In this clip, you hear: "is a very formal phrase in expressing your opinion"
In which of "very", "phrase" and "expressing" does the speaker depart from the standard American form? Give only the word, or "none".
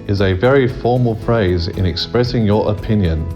none